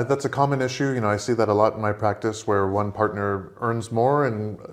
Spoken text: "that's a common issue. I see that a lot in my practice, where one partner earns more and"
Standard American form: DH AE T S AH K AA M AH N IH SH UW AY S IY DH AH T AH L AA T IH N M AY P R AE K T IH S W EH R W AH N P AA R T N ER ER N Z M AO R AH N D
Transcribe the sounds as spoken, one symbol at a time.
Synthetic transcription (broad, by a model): DH AE T S AH K AA M AH N IH SH UW AY S IY DH AH T AH L AA T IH N M AY P R AE K T IH S W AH R W AH N P AA R T N ER ER N Z M AO R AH N